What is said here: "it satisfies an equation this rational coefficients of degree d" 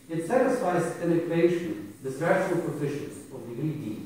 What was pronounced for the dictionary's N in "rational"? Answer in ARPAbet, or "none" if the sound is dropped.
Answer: none